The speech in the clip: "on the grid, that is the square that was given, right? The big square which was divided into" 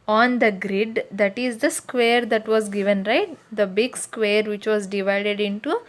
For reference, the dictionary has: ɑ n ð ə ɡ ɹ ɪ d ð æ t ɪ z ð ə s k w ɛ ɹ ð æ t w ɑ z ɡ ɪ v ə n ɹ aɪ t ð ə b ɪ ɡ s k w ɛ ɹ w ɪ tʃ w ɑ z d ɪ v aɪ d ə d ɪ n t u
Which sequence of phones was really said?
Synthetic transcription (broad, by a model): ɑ n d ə ɡ ɹ ɪ d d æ t ɪ z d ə s k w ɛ ɹ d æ t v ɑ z ɡ ɪ v ə n ɹ aɪ t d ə b ɪ ɡ s k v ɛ ɹ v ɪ tʃ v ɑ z d ɪ v aɪ d ə d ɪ n t u